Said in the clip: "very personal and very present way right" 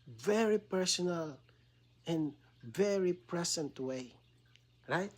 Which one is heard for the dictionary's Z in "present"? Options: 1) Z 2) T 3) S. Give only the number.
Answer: 3